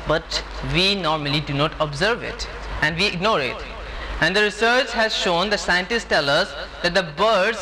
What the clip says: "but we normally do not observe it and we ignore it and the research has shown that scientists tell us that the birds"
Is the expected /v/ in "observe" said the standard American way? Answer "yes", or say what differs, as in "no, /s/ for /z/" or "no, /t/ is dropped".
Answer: yes